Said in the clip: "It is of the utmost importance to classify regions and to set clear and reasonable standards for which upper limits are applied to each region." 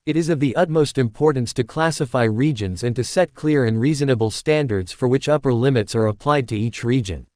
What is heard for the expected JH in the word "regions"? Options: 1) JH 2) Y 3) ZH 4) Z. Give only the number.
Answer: 1